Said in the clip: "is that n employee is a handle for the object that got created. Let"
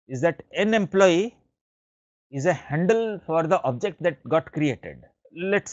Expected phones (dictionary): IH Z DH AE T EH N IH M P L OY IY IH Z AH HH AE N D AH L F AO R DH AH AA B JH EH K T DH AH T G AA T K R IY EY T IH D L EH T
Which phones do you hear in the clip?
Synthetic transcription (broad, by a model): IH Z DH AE T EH N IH M P L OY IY IH Z AH HH AE N D AH L F AO R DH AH AA B JH EH K T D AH T G AA T K R IY EY T IH D L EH T